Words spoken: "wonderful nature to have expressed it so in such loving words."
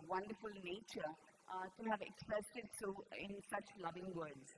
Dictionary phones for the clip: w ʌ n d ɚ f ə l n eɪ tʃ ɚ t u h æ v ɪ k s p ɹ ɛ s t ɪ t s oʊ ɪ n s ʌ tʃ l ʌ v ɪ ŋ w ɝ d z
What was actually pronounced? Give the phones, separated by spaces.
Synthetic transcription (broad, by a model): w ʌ n d ɚ f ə l n eɪ tʃ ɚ t u h æ v ɪ k s p ɹ ɛ s t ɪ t s oʊ ɪ n s ʌ tʃ l ʌ v ɪ ŋ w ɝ d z